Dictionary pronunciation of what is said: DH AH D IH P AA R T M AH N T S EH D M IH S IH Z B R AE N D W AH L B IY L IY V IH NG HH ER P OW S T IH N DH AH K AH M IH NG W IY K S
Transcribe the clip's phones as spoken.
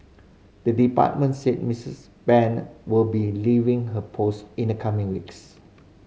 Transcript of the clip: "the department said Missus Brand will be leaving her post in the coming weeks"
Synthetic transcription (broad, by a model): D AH D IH P AA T M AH N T S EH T M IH S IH S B EH N W AH L B IY L IY V IH NG HH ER P OW S T IH N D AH K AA M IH NG W IY K S